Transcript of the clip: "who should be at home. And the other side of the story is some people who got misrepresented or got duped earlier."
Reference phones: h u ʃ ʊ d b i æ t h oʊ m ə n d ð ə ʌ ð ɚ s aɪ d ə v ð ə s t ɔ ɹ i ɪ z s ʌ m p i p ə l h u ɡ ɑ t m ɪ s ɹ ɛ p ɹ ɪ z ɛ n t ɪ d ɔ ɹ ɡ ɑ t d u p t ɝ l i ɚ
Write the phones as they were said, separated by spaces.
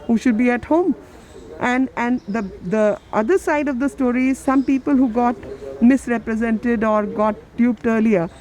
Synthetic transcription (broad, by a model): h u ʃ ʊ d b i æ t h oʊ m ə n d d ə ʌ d ɚ s aɪ d ə v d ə s t ɔ ɹ i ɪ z s ʌ m p i p ə l h u ɡ ɑ t m ɪ s ɹ ɛ p ɹ ɪ z ɛ n t ɪ d ɔ ɹ ɡ ɑ t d u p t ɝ l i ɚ